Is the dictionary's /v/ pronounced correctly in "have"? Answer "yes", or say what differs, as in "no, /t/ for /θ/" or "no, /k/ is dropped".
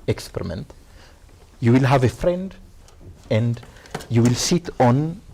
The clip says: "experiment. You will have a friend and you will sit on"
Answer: yes